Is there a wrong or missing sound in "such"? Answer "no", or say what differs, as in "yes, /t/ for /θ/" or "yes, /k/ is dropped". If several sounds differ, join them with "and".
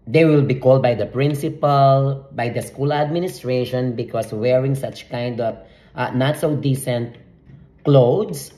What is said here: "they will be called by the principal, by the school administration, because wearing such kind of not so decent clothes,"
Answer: no